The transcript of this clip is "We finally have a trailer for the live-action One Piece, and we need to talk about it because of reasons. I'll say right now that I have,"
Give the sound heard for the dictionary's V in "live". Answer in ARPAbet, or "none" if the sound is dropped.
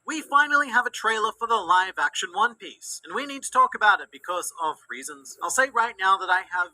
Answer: V